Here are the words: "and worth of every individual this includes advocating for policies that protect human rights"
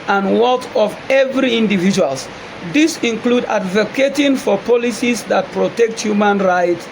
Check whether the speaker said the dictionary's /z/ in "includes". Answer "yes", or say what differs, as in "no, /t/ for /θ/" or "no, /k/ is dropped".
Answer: no, /z/ is dropped